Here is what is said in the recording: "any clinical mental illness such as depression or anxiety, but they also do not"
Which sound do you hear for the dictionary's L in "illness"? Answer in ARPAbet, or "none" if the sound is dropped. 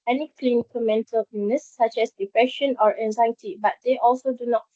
none